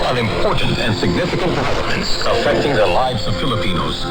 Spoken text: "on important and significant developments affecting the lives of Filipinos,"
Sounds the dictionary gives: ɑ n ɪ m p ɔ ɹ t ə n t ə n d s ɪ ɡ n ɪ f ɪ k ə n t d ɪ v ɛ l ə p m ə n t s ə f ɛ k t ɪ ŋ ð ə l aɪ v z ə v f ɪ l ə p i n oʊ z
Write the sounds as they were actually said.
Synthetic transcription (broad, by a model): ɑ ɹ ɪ m p ɔ ɹ t n t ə n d s ɪ ɡ n ɪ f ɪ k ə n t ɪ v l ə m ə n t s ə f ɛ k t ɪ ŋ ð ə l aɪ v z ə v f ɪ l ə p i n oʊ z